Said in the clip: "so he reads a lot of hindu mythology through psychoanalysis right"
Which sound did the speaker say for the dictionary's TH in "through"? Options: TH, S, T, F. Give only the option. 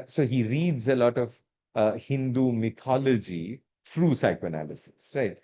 T